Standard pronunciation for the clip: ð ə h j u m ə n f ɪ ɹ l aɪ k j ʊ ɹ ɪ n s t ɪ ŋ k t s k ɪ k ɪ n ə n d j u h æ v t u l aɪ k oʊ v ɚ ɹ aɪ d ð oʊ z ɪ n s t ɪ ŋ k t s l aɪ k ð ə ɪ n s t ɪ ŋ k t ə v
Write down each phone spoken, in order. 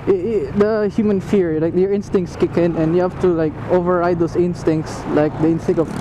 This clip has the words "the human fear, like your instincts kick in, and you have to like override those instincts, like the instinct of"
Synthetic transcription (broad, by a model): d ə h j u m ə n f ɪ ɹ l aɪ k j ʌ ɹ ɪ n s t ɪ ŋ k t s k ɪ k ɪ n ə n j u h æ f t u l aɪ k oʊ v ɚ ɹ aɪ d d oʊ s ɪ n s t ɪ ŋ k t s l aɪ k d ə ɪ n s t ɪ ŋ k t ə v